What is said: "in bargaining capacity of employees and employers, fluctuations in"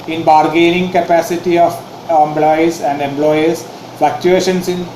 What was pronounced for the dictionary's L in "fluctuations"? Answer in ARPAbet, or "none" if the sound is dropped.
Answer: none